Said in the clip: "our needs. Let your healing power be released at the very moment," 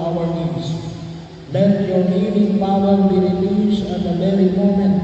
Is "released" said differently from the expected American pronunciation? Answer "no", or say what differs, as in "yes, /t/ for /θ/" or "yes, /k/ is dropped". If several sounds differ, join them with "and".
yes, /t/ is dropped